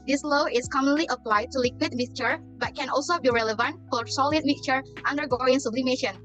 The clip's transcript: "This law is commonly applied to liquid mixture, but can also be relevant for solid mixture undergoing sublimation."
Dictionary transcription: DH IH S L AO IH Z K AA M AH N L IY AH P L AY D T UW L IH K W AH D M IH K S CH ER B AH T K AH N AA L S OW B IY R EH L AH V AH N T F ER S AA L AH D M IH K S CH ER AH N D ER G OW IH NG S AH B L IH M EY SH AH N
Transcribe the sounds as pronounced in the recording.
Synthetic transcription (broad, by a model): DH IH S L AO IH S K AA M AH N L IY AH P L AY D T UW L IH K W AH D M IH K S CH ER B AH T K AH N AA L S OW B IY R EH L AH V AH N T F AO S AA L AH D M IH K CH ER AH N D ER G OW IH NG S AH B L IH M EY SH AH N